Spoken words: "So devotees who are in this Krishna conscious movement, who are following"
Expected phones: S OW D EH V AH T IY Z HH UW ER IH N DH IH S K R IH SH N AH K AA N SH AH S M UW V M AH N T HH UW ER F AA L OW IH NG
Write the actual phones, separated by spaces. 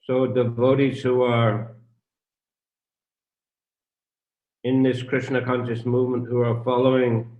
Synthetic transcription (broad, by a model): S OW D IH V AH T IY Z HH UW ER IH N DH IH S K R IH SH N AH K AA N SH AH S M UW V M AH N T HH UW ER F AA L OW IH NG